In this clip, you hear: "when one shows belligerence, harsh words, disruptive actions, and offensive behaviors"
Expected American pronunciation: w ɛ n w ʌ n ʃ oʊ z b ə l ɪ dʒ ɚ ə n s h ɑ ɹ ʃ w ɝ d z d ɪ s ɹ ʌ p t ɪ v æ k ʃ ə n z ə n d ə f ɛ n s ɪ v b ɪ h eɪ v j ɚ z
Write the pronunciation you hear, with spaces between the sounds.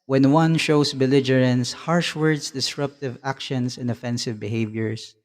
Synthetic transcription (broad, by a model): w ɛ n w ʌ n ʃ oʊ s b ə l ɪ dʒ ɚ ə n s h ɑ ɹ ʃ w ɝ d s d ɪ s ɹ ʌ p t ɪ v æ k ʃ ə n s ə n d ə f ɛ n s ɪ v b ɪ h eɪ v j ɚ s